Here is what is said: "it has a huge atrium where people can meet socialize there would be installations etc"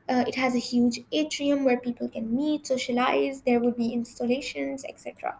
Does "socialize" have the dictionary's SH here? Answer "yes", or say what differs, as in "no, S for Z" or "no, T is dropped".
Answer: yes